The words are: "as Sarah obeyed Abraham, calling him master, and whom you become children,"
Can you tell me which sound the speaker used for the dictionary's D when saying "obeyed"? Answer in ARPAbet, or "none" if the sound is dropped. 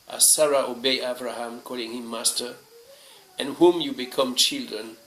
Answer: none